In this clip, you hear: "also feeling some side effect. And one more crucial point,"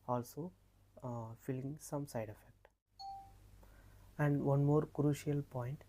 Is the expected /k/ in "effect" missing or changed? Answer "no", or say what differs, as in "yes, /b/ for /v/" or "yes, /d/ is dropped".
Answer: no